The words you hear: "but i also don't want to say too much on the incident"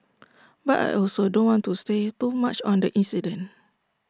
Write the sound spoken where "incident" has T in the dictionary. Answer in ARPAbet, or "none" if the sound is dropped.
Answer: none